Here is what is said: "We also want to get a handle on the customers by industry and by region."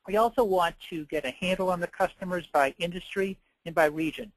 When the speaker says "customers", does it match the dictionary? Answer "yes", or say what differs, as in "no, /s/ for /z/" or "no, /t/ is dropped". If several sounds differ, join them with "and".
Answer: yes